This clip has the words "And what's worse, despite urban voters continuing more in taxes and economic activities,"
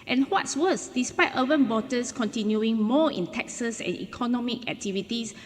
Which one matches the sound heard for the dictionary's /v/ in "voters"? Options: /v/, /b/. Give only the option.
/b/